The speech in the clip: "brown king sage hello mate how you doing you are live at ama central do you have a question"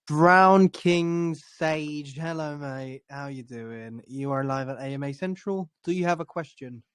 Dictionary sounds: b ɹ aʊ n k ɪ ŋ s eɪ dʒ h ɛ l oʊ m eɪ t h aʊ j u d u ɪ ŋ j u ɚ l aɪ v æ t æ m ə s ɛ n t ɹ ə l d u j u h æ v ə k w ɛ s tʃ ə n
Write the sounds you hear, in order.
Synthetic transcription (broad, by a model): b ɹ aʊ n k ɪ ŋ s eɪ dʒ h ɛ l oʊ m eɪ h aʊ j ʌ d u ɪ ŋ j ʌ ɚ l aɪ v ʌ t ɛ m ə s ɛ n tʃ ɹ ə l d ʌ j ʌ v ə k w ɛ s tʃ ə n